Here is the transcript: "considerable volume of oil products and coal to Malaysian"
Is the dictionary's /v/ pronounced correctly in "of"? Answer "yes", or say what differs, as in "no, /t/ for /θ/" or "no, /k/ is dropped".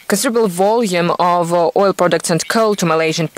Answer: yes